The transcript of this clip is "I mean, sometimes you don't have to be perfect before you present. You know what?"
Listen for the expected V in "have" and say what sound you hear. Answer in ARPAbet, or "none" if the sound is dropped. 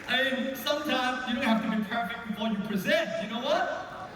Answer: F